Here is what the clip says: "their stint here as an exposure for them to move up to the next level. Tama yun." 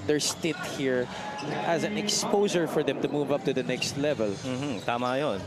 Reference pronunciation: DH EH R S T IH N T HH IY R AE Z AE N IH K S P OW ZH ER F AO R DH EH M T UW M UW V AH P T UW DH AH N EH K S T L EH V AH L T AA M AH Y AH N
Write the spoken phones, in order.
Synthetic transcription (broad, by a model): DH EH R S T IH T HH IY R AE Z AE N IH K S P OW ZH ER F AO R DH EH M T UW M UW V AH P T UW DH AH N EH K S T L EH V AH L T AA M AH Y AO N